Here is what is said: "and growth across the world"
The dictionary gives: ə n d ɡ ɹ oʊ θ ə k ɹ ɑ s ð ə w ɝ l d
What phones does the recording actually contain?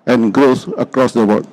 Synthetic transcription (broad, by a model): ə n ɡ ɹ oʊ s ə k ɹ ɑ s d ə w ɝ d